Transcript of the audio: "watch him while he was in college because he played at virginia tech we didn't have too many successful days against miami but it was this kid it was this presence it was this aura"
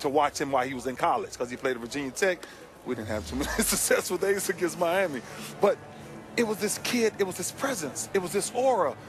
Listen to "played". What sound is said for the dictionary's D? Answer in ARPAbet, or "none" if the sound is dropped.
none